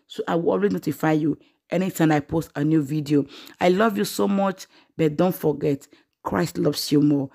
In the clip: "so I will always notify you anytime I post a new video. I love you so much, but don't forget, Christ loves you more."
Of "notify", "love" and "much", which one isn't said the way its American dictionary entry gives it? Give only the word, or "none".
none